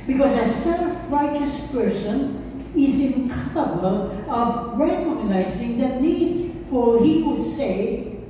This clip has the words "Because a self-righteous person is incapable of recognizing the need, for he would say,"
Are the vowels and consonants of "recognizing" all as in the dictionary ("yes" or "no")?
yes